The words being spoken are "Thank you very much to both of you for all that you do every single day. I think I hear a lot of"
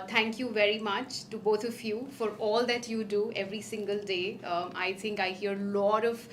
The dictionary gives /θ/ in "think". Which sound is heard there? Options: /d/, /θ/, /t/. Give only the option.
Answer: /t/